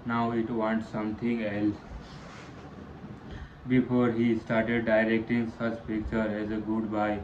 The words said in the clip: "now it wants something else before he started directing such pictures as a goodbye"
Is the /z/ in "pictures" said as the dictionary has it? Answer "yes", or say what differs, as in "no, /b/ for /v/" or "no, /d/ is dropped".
no, /z/ is dropped